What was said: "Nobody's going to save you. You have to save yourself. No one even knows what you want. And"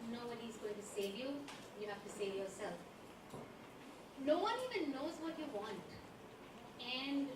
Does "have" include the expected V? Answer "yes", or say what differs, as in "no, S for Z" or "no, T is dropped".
no, F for V